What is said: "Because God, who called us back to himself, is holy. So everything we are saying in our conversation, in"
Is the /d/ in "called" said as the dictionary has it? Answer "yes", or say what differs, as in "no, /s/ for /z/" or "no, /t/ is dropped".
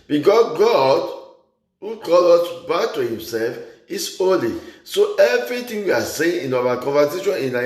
no, /d/ is dropped